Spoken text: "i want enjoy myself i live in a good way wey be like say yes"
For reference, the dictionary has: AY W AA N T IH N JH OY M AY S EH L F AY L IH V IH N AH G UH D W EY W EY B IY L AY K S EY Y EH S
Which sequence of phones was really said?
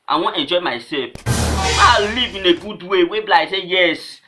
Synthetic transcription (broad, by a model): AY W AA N IH N JH OY M AY S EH L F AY L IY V IH N AH G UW D W EY W EY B L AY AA S EY Y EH S